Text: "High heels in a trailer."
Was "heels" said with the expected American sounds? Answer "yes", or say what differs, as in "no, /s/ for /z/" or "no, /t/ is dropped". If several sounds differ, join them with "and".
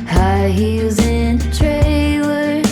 no, /l/ is dropped